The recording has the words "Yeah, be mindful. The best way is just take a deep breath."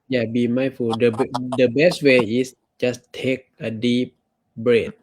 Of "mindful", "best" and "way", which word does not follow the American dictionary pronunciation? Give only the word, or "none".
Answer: mindful